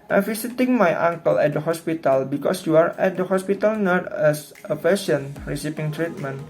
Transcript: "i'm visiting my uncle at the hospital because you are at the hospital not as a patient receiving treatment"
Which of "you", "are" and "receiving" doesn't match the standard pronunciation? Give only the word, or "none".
receiving